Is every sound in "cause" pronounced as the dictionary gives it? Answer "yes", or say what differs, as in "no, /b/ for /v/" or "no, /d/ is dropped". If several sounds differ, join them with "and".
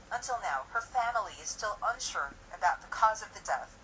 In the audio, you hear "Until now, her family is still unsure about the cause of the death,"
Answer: yes